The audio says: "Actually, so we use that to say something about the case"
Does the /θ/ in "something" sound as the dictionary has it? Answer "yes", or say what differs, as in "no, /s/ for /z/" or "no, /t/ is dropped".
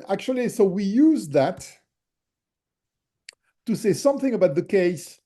yes